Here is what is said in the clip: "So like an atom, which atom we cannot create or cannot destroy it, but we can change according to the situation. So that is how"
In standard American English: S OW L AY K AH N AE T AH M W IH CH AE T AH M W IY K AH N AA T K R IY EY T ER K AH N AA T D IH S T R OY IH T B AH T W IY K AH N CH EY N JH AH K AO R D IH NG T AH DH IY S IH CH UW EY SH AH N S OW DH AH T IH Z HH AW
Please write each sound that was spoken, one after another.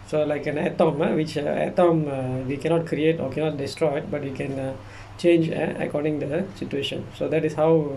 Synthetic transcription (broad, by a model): S OW L AY K AH N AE T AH M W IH CH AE T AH M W IY K AH N AA T K R IY EY T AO K AH N AA T D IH S T R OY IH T B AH T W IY K AH N CH EY N JH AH K AO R D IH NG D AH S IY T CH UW EY SH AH N S OW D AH T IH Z HH AW